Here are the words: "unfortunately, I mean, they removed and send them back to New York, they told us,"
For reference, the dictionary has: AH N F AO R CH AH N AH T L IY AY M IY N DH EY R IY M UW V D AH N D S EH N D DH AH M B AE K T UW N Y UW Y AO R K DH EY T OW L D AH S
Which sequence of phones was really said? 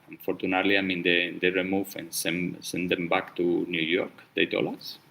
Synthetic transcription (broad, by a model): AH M F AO R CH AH N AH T L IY AY M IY N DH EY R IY M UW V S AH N S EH N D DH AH M B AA K T UW N Y UW Y AO R K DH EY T OW L AH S